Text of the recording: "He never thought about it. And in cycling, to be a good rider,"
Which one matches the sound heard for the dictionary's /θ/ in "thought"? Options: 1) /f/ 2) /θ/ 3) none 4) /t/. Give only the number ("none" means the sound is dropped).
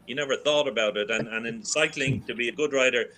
2